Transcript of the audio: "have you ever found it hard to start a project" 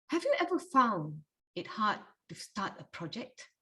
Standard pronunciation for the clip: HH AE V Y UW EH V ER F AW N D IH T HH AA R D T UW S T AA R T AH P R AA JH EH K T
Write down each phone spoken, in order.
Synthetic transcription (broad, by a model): HH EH V Y UW EH V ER F AW N IH T HH AA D T UW S T AA T AH P R AA JH EH K T